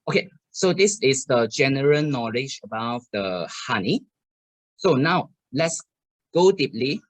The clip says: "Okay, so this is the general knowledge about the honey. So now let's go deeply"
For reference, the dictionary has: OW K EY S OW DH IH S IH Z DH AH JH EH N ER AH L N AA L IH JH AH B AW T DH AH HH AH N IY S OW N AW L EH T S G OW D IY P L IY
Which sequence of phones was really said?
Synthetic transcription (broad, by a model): OW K EY S OW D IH S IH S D AH JH EH N ER AH L N AA L IH JH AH B AW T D AH HH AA N IY S OW N AW L EH T S G OW D IY P L IY